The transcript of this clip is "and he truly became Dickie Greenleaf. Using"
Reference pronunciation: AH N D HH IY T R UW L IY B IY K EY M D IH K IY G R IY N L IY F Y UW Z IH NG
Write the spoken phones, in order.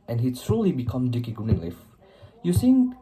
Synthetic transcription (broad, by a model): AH N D HH IY S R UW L IY B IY K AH M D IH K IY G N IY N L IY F Y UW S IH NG